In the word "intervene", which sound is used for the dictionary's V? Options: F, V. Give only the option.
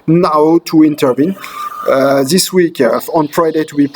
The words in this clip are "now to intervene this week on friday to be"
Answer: V